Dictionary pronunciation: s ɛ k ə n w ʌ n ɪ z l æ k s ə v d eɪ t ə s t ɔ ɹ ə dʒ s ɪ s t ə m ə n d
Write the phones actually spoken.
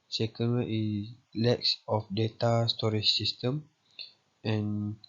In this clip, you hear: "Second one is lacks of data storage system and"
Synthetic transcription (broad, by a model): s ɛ k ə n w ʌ ɪ s l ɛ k s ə f d eɪ t ə s t ɔ ɹ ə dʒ s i s t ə m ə n